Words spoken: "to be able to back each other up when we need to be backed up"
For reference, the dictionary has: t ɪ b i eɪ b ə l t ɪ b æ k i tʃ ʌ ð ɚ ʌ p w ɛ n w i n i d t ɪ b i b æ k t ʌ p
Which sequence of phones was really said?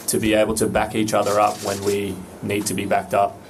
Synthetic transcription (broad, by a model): t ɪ b i eɪ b l t ɪ b æ k i tʃ ʌ ð ɚ ʌ p w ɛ n w i n i d t ɪ b i b æ k t ʌ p